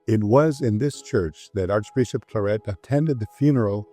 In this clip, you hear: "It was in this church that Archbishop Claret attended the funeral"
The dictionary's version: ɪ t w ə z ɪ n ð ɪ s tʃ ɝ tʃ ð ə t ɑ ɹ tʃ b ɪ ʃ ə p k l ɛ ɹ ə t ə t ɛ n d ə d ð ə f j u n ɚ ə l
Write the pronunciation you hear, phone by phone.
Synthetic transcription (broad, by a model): ɪ t w ə z ɪ n ð ɪ s tʃ ɝ tʃ ð ə t ɑ ɹ tʃ b ɪ ʃ ə p k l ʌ ɹ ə t ə t ɛ n d ə d ð ə f j u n ɚ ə l